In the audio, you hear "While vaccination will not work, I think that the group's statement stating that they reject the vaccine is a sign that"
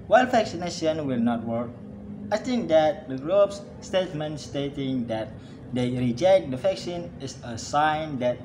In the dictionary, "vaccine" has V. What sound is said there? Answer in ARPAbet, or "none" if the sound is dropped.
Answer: F